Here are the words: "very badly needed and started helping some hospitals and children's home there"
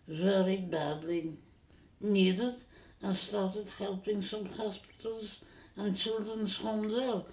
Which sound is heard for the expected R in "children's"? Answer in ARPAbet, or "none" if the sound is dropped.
R